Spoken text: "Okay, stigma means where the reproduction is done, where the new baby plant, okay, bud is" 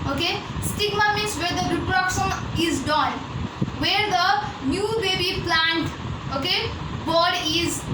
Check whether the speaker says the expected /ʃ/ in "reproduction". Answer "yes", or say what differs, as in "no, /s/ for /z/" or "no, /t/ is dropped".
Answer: no, /s/ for /ʃ/